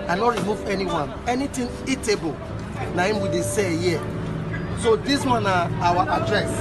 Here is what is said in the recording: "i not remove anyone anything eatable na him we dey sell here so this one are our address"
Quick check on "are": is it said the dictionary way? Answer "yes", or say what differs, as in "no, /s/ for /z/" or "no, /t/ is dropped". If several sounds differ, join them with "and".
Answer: no, /w/ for /ɹ/